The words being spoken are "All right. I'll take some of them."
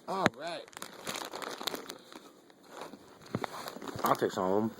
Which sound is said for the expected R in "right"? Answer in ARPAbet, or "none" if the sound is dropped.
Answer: R